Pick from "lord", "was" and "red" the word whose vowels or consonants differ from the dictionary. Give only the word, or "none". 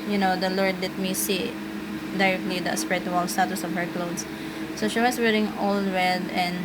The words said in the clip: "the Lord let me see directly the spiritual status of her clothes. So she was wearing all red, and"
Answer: was